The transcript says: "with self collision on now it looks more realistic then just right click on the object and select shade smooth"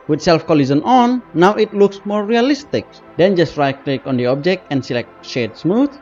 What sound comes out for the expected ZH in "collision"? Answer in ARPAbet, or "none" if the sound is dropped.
Z